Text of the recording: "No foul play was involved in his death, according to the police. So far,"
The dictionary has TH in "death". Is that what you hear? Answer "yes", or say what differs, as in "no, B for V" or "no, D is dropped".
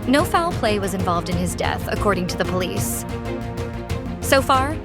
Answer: yes